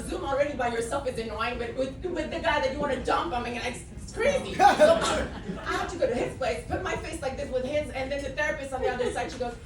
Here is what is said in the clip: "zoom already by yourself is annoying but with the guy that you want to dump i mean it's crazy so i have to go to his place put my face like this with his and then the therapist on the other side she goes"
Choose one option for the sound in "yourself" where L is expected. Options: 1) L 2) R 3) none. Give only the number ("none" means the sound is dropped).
1